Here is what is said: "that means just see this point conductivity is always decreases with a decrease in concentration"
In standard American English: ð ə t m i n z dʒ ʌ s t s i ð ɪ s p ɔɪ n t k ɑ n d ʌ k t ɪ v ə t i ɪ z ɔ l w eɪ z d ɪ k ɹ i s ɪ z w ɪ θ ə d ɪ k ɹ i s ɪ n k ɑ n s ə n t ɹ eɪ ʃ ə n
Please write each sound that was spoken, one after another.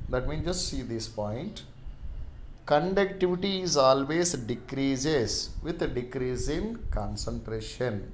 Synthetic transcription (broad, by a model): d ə t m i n dʒ ʌ s t s i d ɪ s p ɔɪ n t k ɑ n d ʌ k t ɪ v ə t i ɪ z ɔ l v eɪ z d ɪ k ɹ i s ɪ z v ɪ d d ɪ k ɹ i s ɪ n k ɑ n s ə n t ɹ eɪ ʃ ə n